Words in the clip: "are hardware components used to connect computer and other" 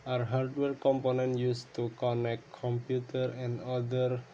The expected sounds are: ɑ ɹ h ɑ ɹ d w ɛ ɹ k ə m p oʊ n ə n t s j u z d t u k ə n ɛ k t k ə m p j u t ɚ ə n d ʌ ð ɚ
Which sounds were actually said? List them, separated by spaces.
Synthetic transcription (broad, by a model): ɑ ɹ h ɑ ɹ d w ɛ ɹ k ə m p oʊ n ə n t j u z t u k ə n ɛ k t k ə m p j u t ɚ ə n d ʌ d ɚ